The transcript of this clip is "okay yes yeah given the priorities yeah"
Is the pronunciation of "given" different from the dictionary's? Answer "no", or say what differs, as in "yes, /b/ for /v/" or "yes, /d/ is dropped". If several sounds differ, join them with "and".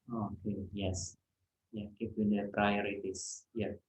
yes, /p/ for /v/